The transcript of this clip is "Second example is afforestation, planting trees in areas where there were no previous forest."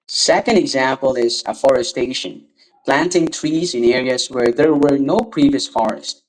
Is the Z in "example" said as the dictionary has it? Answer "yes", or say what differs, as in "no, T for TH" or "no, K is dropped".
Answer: yes